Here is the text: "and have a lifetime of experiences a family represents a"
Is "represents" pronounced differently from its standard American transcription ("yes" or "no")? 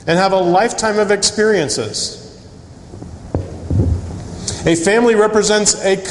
no